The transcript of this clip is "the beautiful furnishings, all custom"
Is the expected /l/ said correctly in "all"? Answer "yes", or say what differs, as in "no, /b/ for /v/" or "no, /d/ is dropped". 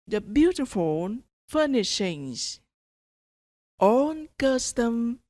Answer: no, /n/ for /l/